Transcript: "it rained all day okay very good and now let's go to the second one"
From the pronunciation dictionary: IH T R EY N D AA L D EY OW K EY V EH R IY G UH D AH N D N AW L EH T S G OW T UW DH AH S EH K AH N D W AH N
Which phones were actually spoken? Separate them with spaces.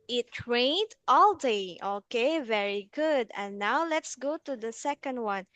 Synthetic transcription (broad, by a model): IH T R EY N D AA L D EY OW K EY V EH R IY G UH D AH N N AW L EH T S G OW T UW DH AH S EH K AH N D W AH N